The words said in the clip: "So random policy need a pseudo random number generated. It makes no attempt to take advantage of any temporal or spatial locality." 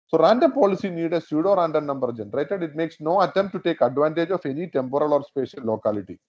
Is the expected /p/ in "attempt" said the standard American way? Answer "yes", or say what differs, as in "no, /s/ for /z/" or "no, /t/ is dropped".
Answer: no, /p/ is dropped